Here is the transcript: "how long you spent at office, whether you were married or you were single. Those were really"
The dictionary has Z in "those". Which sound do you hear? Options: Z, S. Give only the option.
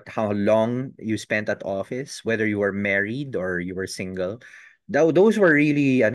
S